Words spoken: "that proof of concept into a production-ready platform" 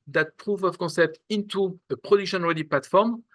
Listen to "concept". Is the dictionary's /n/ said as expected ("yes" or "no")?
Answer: yes